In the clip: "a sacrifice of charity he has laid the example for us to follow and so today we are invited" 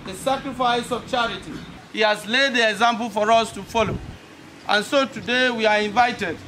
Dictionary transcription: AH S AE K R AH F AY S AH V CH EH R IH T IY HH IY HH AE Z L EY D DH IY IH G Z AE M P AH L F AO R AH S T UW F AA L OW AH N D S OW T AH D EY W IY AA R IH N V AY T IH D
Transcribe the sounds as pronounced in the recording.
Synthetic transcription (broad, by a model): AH S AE K R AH F AY S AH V CH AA R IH T IY HH IY HH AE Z L EY D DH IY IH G Z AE M P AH L F AO R AH S T UW F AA L OW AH N S OW T AH D EY W IY AA R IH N V AY T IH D